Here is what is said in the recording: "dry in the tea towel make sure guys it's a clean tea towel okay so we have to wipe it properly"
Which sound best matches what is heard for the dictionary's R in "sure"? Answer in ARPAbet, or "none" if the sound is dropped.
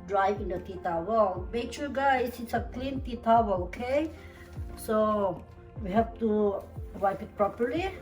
L